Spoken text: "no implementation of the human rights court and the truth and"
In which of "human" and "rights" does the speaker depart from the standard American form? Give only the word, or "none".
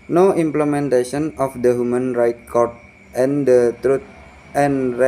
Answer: rights